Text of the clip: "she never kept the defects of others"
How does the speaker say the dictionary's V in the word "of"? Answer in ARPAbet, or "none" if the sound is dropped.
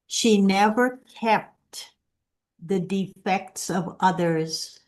V